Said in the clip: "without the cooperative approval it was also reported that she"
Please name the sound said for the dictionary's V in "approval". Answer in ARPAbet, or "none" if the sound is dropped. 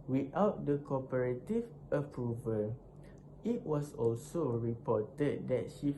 V